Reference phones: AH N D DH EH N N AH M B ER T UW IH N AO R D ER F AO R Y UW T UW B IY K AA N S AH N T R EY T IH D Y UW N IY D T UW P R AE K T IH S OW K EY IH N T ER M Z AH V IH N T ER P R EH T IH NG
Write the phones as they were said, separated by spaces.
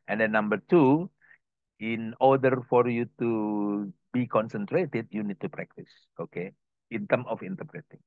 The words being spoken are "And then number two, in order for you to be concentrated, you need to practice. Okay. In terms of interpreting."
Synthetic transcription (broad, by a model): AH N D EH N N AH M B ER T UW IH N AO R D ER F AO R Y UW T UW B IY K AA N S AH N T R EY T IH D Y UW N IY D T UW P R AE K T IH S OW K EY IH N T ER M AH F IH N T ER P R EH T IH NG